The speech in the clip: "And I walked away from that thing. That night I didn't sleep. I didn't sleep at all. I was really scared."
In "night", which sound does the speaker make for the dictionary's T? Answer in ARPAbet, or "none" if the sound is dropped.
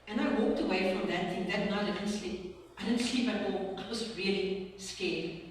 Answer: none